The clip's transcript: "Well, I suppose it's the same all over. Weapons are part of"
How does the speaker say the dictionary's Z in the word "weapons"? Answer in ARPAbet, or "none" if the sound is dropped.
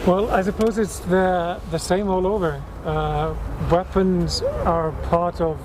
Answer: Z